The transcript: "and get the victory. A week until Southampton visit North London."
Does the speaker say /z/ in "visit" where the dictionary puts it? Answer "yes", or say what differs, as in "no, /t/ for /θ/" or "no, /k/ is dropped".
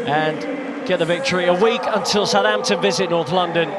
yes